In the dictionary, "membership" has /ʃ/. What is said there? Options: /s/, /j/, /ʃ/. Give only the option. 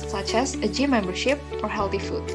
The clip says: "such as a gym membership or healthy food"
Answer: /ʃ/